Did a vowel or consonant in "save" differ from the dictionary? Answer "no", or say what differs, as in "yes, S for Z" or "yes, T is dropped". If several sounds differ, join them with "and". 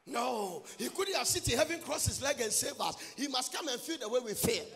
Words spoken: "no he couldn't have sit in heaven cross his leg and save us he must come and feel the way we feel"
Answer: yes, B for V